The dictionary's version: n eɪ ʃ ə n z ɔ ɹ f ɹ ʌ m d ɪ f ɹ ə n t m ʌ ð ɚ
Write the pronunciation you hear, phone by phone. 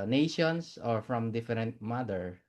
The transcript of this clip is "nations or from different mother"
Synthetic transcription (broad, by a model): n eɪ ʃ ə n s ɔ ɹ f ɹ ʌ m d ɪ f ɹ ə n t m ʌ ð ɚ